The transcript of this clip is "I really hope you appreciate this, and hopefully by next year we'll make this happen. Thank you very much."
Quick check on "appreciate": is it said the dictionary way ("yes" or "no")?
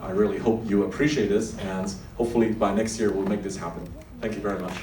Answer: yes